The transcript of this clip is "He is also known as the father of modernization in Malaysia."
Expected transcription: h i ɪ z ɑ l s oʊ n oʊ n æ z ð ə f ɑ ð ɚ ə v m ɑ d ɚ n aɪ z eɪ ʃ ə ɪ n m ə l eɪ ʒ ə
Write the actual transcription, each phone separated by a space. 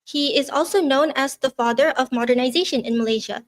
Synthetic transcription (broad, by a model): h i ɪ z ɑ l s oʊ n oʊ n æ z ð ə f ɑ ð ɚ ə v m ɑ d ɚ n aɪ z eɪ ʃ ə ɪ n m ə l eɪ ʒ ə